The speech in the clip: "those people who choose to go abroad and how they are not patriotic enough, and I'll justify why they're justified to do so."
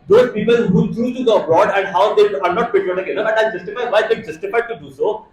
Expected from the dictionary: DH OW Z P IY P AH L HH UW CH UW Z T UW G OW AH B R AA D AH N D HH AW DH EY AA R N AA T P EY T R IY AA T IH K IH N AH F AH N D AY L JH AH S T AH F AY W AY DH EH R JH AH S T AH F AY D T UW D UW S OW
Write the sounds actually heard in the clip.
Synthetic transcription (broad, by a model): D OW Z P IY P AH L HH UW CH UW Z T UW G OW AH B R AA D AH N D HH AW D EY AA R N AA T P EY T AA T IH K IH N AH AH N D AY JH AH S T AH F AY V AY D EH JH AH S T AH F AY D T UW D UW S OW